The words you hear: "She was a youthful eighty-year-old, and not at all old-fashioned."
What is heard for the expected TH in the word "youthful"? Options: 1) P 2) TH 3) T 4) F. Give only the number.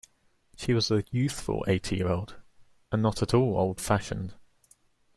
2